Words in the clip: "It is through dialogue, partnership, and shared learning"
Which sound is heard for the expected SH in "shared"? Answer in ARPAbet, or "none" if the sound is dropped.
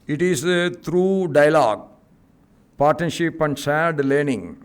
S